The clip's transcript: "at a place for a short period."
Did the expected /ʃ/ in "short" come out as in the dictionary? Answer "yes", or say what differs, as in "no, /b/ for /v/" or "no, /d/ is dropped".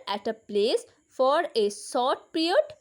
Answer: no, /s/ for /ʃ/